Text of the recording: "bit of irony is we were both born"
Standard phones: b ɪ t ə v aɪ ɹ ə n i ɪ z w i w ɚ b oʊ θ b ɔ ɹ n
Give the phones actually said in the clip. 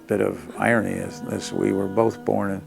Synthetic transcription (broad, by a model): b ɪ t ə v aɪ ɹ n i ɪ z w i w ɚ b oʊ θ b ɔ ɹ n